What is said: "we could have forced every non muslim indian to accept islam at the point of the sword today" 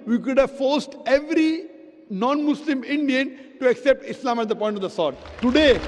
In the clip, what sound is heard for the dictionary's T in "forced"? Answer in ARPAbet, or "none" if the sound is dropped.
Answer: T